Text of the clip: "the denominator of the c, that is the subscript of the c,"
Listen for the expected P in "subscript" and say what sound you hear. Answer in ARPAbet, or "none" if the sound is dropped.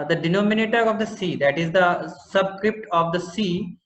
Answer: P